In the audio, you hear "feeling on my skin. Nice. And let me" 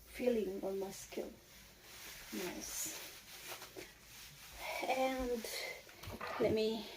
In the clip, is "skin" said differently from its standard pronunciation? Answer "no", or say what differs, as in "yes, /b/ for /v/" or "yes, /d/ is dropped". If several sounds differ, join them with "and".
yes, /l/ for /n/